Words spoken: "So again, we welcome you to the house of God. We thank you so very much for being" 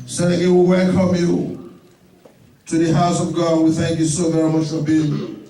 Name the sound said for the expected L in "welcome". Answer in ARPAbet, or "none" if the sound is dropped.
L